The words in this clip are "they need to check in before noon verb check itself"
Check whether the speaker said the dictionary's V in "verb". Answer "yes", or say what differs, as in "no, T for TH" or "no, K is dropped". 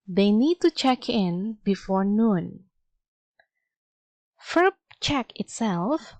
no, F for V